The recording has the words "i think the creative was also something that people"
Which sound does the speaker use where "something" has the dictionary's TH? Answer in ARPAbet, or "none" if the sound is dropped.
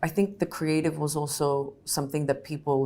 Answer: TH